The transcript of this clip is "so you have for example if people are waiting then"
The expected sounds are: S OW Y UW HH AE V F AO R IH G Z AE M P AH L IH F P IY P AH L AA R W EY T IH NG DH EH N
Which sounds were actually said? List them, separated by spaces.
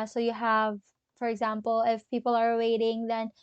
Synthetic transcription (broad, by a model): S OW Y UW HH AE V F AO R IH G Z AE M P AH L IH F P IY P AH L AA R W EY T IH NG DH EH N